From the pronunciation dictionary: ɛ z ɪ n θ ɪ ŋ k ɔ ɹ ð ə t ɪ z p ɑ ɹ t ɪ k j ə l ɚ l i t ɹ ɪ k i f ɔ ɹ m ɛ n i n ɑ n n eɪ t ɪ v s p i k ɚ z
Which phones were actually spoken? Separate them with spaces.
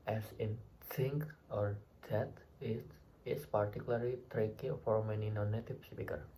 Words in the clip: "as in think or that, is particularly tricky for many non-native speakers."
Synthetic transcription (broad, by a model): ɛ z ɪ n s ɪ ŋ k ɔ ɹ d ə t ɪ s p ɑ ɹ t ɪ k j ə l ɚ l i t ɹ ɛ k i f ɔ ɹ m ɛ n i n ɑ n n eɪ t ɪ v s p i k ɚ